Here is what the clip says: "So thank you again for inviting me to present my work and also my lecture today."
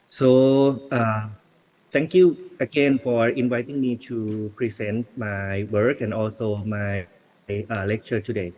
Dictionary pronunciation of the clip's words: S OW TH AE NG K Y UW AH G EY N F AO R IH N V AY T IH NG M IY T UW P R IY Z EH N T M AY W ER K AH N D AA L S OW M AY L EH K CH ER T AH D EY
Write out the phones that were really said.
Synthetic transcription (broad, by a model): S OW T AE NG K Y UW AH G EY N F AO R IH N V AY T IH NG M IY T UW P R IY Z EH N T M AY W ER K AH N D AA L S OW M AY L EH K CH ER T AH D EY